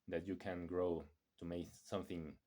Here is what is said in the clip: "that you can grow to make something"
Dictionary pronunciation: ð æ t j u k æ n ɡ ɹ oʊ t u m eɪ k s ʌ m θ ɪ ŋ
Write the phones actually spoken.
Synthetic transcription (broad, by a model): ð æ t j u k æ n ɡ ɹ oʊ t u m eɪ s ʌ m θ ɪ ŋ